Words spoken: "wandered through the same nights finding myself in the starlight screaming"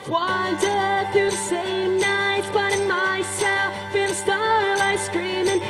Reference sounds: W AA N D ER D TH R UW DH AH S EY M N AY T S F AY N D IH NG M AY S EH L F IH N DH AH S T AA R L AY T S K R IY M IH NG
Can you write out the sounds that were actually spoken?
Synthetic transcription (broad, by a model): W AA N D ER TH R UW DH AH S EY M N AY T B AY D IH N M AY S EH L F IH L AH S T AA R L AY S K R IY M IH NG